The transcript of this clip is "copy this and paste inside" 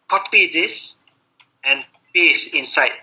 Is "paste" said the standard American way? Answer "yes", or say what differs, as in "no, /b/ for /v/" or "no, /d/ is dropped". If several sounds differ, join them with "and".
no, /t/ is dropped